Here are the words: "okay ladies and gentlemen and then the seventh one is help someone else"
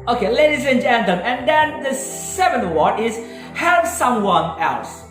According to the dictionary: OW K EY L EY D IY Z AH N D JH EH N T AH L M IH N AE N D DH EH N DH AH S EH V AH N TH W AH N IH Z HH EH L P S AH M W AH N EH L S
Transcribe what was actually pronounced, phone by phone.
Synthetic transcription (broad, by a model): OW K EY L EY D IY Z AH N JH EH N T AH M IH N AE N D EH N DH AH S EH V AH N W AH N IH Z HH EH L P S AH M W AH N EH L S